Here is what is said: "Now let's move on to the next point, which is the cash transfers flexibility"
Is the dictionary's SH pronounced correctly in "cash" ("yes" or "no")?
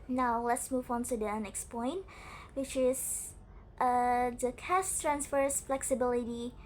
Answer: no